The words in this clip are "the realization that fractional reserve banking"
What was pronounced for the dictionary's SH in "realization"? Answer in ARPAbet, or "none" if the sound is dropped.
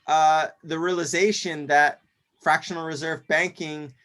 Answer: SH